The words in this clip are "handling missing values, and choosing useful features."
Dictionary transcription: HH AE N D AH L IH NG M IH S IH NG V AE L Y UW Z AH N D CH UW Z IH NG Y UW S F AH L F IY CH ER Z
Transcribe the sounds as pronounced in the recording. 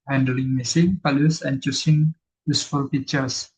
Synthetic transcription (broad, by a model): HH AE N D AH L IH NG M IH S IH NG P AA L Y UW S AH N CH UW S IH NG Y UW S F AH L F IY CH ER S